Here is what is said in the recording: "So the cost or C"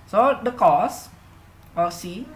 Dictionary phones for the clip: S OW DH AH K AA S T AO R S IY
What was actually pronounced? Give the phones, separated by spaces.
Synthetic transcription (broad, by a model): S OW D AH K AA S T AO L S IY